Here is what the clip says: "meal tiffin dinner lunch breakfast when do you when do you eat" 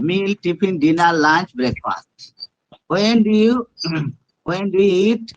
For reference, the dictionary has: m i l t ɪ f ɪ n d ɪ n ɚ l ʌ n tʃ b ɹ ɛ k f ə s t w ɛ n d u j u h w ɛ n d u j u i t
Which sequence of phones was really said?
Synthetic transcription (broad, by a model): m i l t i p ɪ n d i n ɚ l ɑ n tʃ b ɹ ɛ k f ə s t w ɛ n d u j u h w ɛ n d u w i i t